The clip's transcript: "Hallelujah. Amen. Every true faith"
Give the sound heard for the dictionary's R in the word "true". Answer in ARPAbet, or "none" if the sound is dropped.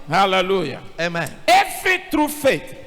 R